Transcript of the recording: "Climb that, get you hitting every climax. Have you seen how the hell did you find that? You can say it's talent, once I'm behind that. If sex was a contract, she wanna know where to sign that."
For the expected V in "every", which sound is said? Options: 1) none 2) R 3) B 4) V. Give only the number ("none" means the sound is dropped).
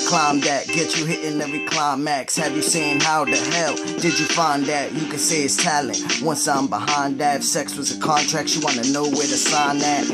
1